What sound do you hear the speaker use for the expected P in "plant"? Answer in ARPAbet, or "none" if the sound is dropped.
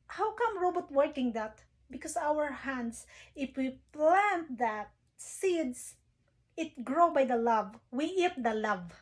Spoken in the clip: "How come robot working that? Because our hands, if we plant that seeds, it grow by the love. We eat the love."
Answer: P